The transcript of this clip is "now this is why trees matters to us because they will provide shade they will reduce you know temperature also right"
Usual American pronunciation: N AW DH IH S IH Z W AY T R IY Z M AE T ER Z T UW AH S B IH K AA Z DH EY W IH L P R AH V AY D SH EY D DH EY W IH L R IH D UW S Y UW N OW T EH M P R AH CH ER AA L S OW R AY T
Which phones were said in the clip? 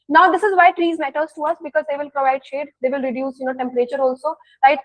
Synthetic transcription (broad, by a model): N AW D IH S IH Z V AY T R IY Z M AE T ER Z T UW AH S B IH K AA Z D EY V IH L P R AH V AY D SH EY D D EY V IH L R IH D UW S Y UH N OW T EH M P R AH CH ER AA L S OW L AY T